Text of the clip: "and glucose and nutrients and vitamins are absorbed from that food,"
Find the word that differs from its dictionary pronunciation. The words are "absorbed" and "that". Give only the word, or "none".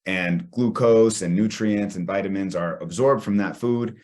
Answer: none